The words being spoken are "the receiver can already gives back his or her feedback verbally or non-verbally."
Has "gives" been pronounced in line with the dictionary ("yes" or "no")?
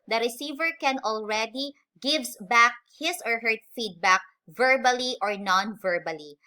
no